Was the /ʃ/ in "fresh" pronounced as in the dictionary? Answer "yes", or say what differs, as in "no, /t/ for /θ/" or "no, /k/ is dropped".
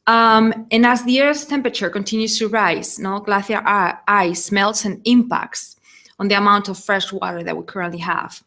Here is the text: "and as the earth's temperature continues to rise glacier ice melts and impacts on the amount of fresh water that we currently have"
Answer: yes